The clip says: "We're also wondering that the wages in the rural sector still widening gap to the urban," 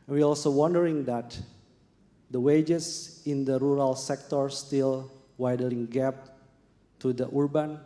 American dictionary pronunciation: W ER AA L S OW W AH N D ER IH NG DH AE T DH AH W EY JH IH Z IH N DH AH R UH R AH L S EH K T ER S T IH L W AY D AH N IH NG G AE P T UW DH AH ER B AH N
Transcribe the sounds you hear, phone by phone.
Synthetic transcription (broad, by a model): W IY AA L S OW W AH N D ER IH NG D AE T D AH W EY JH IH S IH N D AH R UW R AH L S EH K T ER S T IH L W AY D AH L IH NG G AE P T UW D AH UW B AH N